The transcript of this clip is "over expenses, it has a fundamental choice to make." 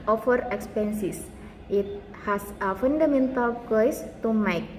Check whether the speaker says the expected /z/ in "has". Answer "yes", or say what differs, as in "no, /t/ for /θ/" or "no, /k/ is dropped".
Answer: no, /s/ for /z/